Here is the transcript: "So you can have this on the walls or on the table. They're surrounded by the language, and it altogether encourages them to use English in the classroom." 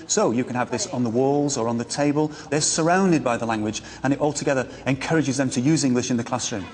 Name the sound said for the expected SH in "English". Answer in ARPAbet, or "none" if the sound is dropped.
SH